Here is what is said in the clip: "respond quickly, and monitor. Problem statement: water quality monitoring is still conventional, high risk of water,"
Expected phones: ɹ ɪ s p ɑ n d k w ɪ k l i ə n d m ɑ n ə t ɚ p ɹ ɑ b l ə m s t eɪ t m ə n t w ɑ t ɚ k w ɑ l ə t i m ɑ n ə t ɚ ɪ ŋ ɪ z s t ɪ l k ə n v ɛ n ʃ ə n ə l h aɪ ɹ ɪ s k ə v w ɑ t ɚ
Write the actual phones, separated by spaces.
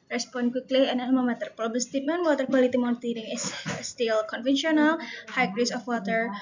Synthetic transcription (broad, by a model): ɹ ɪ s p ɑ n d k w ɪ k l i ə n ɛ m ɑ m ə t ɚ p ɹ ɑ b ə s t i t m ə n w ɑ t ɚ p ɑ l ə t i m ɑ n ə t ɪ ŋ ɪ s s t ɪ l k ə n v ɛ n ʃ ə n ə l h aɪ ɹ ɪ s ə f w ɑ t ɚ